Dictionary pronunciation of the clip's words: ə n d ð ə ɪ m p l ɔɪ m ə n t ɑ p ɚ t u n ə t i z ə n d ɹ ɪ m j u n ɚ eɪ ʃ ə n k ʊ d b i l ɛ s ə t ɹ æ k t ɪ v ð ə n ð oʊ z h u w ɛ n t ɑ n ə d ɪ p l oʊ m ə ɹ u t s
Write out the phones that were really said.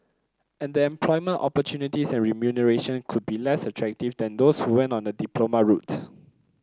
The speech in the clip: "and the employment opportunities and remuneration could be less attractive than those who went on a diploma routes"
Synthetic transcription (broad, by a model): ə n d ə ɪ m p l ɔɪ m ə n t ɑ p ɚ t u n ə t i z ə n ɹ ɪ m j u n ɚ eɪ ʃ ə n k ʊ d b i l ɛ s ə t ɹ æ k t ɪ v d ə n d oʊ s h u w ɛ n t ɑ n ə d ɪ p l oʊ m ə ɹ u t